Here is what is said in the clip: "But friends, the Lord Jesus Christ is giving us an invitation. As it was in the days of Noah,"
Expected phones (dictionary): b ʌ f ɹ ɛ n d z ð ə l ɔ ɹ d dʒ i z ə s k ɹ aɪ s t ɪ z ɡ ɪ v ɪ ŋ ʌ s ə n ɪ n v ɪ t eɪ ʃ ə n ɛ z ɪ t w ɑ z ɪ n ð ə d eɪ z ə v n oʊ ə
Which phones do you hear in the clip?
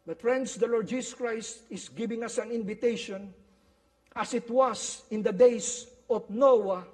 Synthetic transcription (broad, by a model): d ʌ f ɹ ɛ n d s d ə l ɔ ɹ d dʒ i s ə s k ɹ aɪ s t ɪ s ɡ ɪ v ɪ ŋ ʌ s ə n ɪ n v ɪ t eɪ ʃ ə n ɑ s ɪ t w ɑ s ɪ n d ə d eɪ s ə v n oʊ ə